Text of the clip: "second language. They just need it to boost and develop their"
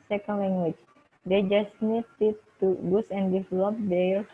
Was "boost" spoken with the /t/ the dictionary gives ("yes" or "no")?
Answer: no